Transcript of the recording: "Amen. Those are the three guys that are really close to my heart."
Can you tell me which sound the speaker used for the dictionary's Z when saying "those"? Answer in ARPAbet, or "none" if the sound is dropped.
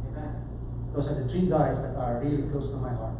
S